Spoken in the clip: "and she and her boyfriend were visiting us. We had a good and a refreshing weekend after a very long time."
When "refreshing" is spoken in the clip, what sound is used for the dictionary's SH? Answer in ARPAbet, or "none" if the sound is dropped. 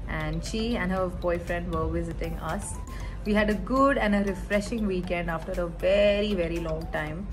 SH